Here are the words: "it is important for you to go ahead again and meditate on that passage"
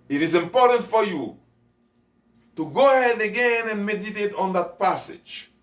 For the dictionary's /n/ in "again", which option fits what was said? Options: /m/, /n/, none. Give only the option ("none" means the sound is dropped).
/n/